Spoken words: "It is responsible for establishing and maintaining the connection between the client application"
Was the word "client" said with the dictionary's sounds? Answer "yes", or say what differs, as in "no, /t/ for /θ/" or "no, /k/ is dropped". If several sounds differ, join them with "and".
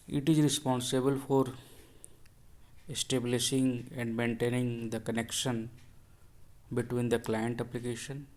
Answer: yes